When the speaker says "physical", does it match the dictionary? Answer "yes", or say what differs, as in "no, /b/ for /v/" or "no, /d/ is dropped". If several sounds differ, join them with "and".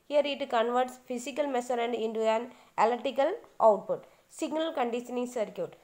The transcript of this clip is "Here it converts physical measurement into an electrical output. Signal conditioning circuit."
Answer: no, /s/ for /z/